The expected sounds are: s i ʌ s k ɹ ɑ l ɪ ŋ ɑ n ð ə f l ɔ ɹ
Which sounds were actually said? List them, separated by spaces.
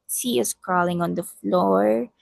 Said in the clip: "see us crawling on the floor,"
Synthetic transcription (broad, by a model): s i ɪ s k ɹ ɑ l ɪ ŋ ɑ n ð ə f l ɔ ɹ